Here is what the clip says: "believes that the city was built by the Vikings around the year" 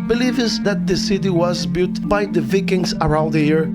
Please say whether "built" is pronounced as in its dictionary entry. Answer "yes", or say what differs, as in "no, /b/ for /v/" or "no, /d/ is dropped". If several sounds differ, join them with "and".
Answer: no, /l/ is dropped